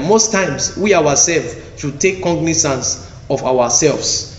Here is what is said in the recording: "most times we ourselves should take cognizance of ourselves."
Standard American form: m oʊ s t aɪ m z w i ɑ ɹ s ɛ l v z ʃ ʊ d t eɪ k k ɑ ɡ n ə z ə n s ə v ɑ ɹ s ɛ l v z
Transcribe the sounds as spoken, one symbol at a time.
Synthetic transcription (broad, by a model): m oʊ s t aɪ m s w i ɑ w s ɛ l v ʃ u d t eɪ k k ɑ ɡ n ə s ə n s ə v ɑ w s ɛ l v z